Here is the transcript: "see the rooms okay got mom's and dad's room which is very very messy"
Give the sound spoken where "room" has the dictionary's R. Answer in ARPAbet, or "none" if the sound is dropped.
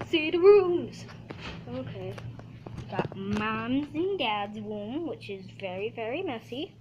W